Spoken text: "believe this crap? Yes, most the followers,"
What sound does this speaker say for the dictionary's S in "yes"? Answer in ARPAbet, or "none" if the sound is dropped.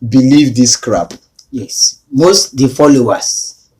S